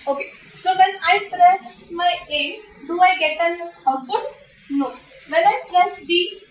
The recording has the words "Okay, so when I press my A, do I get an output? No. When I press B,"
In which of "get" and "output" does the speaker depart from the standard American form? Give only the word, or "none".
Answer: output